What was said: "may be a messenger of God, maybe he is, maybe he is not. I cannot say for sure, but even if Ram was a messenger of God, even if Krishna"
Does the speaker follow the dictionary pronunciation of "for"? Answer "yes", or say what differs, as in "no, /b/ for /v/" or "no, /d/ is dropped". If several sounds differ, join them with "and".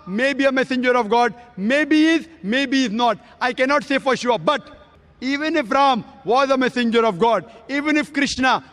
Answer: yes